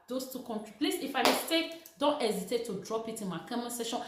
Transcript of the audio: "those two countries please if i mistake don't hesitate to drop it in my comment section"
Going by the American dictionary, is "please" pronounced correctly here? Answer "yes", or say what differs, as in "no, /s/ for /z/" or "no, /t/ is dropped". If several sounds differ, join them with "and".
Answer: no, /s/ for /z/